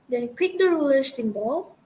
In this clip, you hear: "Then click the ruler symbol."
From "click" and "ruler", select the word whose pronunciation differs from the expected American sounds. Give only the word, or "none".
click